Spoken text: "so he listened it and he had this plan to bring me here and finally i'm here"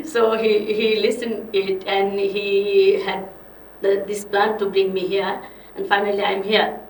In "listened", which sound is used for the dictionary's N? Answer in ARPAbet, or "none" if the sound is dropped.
N